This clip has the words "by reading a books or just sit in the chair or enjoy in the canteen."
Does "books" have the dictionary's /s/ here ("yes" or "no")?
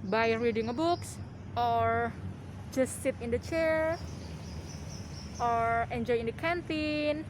yes